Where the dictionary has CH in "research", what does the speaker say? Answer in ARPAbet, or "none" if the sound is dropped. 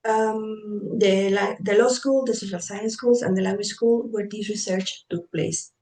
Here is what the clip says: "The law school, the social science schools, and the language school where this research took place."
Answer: CH